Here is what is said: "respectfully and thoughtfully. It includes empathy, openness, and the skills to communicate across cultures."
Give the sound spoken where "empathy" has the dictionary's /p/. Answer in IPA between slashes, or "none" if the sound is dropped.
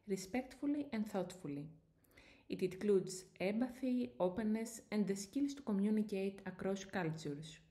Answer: /b/